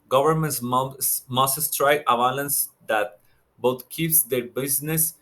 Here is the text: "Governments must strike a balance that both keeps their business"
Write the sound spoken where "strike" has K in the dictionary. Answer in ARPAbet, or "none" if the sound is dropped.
none